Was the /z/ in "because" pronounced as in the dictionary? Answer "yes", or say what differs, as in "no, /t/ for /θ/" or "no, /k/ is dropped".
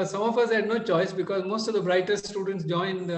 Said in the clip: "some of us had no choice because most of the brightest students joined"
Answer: yes